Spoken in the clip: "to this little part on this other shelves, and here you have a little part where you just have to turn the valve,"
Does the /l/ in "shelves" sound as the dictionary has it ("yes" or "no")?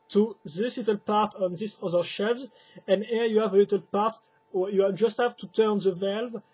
no